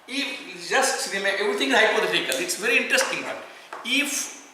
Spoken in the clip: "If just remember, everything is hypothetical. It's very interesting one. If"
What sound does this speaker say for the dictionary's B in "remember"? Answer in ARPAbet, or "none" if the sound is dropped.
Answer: none